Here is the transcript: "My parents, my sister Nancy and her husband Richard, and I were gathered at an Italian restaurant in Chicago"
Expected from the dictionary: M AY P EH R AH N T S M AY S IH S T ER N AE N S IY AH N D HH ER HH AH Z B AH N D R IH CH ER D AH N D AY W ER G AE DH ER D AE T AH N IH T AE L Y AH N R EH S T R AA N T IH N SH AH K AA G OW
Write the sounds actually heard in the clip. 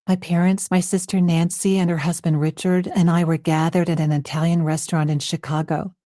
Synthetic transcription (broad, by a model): M AY P EH R AH N T S M AY S IH S T ER N AE N S IY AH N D HH ER HH AH Z B AH N D R IH CH ER D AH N AY W ER G AE DH ER D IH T AH N IH T AE L Y AH N R EH S T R AA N T IH N SH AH K AA G OW